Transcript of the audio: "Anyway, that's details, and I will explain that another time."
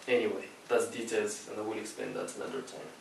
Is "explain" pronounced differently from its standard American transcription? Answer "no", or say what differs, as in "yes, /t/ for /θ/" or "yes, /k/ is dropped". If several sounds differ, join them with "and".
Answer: yes, /l/ is dropped